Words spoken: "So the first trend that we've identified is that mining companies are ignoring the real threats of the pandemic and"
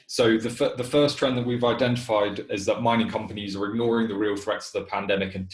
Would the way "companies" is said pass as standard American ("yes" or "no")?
yes